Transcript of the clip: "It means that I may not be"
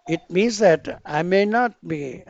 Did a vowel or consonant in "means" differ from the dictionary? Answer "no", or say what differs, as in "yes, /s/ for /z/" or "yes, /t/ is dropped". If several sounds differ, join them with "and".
no